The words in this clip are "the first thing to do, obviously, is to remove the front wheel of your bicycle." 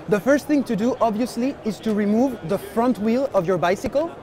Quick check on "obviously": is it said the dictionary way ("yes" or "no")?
yes